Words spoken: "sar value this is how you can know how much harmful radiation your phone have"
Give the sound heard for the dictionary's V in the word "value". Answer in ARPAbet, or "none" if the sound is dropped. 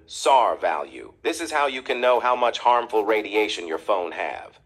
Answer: V